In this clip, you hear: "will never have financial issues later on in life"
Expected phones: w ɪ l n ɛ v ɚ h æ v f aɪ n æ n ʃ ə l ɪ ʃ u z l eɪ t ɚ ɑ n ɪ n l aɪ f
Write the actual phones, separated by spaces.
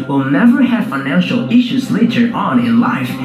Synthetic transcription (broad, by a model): w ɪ l n ɛ v ɚ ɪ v f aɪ n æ n ʃ l ɪ ʃ u z l eɪ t ɚ ɑ n ɪ n l aɪ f